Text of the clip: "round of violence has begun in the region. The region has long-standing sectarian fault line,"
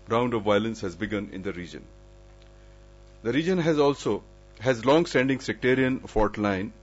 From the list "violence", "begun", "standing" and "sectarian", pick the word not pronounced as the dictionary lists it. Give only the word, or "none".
none